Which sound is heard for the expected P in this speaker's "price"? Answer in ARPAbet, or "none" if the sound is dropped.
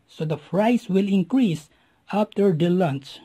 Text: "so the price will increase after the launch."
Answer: F